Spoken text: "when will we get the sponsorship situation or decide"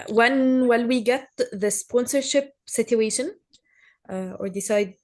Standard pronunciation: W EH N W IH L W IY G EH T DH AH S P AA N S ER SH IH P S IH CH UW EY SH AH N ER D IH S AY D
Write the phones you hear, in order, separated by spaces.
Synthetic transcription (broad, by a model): W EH N W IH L W IY G EH T DH AH S P AA N S ER SH IH P S IH CH UW EY SH AH N ER D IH S AY D